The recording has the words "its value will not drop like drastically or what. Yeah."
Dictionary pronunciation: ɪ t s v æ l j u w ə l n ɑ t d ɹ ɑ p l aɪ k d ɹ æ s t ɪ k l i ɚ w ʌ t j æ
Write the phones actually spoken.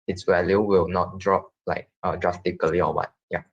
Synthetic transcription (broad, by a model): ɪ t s w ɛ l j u w ə l n ɑ t d ɹ ɑ p l aɪ k d ɹ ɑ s t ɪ k l i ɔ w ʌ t j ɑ